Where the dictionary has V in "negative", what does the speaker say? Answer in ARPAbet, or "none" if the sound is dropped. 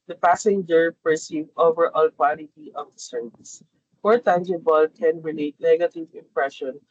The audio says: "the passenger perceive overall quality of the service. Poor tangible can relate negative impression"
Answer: V